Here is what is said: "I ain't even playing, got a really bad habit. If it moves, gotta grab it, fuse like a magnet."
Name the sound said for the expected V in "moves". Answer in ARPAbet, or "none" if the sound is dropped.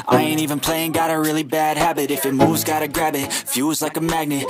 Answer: none